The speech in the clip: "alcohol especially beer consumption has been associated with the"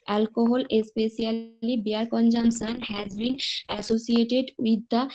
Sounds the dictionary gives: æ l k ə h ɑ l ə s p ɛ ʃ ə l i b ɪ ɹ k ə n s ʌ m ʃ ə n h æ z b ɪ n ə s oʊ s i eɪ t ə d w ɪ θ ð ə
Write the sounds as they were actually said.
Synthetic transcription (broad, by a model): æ l k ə h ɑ l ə s p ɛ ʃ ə l i b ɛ ɹ k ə n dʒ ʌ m s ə n h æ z b ɪ n ə s oʊ s i eɪ t ə d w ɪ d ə